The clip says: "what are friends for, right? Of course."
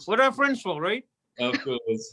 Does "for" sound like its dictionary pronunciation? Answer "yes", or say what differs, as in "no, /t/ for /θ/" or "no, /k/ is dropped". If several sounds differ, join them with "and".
no, /l/ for /ɹ/